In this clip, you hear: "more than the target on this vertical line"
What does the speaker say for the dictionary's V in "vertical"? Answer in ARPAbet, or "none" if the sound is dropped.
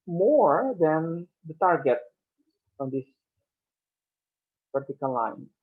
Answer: P